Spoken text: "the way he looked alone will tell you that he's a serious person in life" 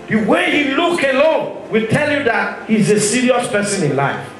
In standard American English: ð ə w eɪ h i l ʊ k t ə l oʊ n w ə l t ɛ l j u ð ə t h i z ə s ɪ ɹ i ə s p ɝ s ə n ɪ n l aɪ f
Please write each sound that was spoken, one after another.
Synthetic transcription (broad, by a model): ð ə w eɪ h i l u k ə l oʊ n w ə l t ɛ l j u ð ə t h i z ə s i ɹ i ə s p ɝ s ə n ɪ n l aɪ f